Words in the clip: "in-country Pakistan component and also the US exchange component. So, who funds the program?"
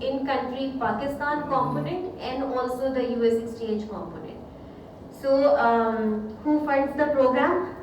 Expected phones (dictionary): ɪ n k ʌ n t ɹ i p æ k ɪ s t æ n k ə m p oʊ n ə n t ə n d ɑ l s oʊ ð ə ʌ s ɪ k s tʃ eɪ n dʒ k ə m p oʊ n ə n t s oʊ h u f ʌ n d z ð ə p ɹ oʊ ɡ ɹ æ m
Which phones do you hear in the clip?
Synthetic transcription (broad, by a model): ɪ n k ʌ n t ɹ i p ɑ k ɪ s t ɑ n k ə m p oʊ n ə n t ə n d ɑ l s oʊ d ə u s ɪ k s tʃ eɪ dʒ k ə m p oʊ n ə n t s oʊ h u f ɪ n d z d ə p ɹ oʊ ɡ ɹ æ m